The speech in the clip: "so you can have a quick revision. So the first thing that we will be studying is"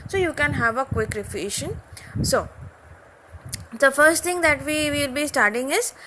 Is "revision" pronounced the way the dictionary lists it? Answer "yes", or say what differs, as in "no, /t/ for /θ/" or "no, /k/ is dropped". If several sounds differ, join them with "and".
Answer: no, /f/ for /v/ and /ʃ/ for /ʒ/